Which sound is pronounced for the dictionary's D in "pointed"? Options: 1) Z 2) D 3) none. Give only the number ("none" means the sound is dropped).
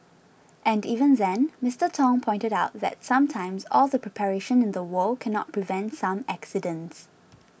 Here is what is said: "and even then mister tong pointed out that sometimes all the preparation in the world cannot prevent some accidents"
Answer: 2